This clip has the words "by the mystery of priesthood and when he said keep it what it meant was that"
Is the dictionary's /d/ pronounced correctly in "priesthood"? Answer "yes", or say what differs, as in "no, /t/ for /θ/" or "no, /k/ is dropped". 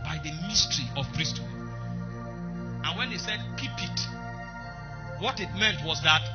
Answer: no, /d/ is dropped